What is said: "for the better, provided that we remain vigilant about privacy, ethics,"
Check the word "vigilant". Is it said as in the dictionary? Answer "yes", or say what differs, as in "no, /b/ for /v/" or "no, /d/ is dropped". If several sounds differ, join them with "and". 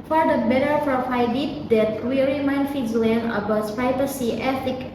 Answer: no, /t/ is dropped